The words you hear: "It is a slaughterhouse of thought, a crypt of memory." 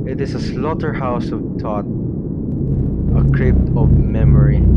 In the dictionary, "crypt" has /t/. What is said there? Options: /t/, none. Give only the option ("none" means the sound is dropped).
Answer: /t/